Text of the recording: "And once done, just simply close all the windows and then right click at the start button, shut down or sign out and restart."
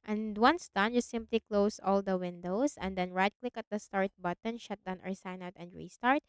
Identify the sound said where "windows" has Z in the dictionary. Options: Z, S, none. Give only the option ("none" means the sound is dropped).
S